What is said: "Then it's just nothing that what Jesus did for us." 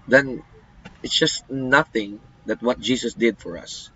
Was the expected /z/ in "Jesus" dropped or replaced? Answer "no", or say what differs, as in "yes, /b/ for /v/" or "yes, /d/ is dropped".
yes, /s/ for /z/